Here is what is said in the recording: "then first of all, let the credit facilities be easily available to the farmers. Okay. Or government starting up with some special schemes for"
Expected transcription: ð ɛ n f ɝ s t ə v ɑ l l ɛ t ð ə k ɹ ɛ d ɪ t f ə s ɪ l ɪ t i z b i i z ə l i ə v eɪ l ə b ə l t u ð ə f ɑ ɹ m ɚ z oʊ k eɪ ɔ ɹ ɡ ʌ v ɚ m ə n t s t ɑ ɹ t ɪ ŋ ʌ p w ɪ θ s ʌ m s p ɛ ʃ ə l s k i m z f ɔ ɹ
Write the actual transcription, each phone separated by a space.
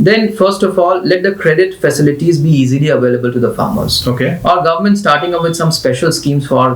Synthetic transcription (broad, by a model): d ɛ n f ɝ s t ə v ɑ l l ɛ t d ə k ɹ ɛ d ɪ t f ə s ɪ l ɪ t i z b i i z ə l i ə v eɪ l ə b ə l t u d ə f ɑ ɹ m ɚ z oʊ k eɪ ɔ ɹ ɡ ʌ v ɚ m ə n t s t ɑ ɹ t ɪ ŋ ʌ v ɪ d s ʌ m s p ɛ ʃ ə l s k i m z f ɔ ɹ